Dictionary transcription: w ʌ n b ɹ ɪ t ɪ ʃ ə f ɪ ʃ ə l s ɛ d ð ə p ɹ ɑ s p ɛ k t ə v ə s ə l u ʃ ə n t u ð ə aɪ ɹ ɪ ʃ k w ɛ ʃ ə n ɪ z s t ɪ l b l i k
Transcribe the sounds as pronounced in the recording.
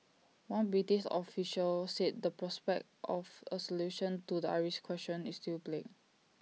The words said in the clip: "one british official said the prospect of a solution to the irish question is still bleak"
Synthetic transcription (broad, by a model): w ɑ n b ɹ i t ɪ s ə f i ʃ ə l s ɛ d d ə p ɹ ɑ s p ɛ k t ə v ə s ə l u ʃ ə n t u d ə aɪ ɹ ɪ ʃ k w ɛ s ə n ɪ s t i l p l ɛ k